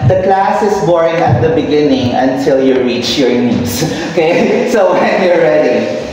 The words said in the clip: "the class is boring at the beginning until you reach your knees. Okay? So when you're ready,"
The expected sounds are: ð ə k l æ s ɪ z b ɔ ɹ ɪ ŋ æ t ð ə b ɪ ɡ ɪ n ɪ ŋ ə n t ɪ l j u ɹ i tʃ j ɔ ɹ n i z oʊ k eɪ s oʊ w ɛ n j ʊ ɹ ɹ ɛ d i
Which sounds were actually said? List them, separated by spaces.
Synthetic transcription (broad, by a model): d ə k l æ s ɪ s b ɔ ɹ ɪ ŋ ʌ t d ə b ɪ ɡ ɪ n ɪ ŋ ə n t ɪ l j u ɹ i tʃ j ɔ ɹ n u s oʊ k eɪ s oʊ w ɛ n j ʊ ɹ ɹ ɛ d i